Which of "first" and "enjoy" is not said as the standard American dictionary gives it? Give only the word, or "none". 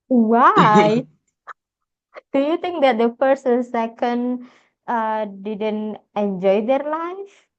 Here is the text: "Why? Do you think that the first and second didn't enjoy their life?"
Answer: first